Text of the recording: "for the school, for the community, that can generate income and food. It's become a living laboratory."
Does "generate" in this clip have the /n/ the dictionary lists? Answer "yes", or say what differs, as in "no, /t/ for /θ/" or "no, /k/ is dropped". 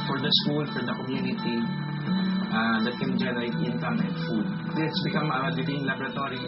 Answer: no, /l/ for /n/